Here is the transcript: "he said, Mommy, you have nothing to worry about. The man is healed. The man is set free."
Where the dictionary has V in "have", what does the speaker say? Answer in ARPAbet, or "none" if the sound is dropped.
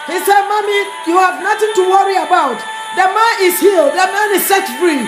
V